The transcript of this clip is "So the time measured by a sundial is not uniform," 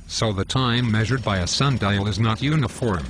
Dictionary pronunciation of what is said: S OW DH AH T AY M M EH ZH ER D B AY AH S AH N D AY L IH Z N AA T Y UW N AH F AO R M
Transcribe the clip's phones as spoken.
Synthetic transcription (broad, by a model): S OW DH AH T AY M M EH ZH ER D B AY AH S AH N D AY L IH Z N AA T Y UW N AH F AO R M